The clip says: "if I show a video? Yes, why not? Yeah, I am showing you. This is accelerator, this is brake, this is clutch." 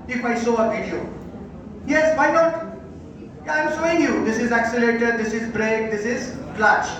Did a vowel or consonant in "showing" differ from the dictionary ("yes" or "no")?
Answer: yes